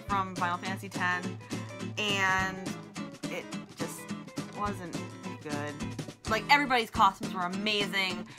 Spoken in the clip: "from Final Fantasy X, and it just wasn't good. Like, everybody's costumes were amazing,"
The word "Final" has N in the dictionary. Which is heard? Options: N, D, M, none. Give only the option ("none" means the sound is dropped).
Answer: none